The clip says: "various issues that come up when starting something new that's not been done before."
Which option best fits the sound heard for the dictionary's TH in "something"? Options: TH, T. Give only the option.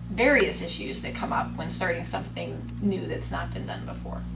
TH